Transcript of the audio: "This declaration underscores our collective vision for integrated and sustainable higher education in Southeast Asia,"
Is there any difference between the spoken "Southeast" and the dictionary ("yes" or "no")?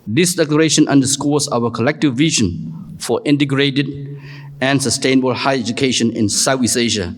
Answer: yes